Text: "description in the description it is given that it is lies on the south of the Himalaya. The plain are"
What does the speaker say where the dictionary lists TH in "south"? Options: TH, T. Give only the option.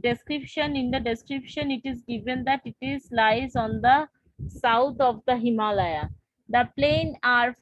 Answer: T